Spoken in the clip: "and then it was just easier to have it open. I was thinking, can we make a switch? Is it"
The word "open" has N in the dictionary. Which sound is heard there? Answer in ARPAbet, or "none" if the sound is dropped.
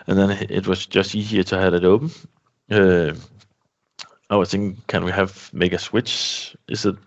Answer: none